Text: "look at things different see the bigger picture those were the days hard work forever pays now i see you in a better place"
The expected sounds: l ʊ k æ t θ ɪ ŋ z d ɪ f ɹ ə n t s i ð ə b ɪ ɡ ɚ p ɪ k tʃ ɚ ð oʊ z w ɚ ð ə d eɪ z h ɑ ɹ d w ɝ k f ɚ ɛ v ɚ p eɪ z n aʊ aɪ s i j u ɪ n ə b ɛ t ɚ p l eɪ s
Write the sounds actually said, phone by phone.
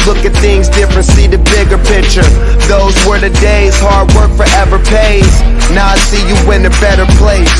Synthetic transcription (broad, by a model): l ʊ k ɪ t θ ɪ ŋ z d ɪ f ɹ ə n t s i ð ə b ɪ ɡ ɚ p ɪ k tʃ ɚ ð oʊ z w ɚ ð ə d eɪ z h ɑ ɹ d w ɝ k f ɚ ɛ v ɚ p eɪ z n aʊ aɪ s i j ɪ ɪ n ə b ɛ t ɚ p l eɪ s